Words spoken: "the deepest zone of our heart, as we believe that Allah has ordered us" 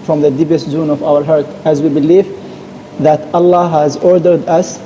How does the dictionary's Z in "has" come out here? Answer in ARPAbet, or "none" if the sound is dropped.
Z